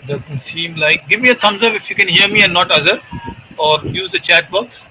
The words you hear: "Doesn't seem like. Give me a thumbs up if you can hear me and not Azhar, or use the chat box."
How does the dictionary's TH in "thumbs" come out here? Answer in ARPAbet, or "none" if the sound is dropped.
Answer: T